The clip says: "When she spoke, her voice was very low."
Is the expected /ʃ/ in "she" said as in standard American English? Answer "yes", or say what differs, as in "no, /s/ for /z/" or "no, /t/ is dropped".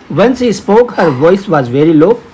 no, /s/ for /ʃ/